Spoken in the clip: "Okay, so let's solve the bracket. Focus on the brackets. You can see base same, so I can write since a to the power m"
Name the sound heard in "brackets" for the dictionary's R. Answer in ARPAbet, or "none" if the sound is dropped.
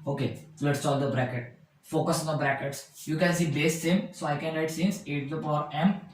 R